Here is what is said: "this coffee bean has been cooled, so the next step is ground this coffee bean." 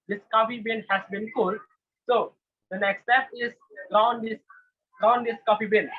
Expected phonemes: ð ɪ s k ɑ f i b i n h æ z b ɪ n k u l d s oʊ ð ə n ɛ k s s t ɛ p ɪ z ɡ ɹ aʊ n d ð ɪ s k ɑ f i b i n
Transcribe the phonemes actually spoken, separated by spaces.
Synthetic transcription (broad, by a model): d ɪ s k ɑ f i b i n h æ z b ɪ n k u l d s oʊ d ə n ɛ k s s t ɛ p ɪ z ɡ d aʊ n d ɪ s k ɑ f i b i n